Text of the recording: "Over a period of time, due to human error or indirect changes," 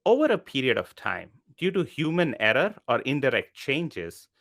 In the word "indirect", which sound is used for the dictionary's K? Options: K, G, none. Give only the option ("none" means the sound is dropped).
K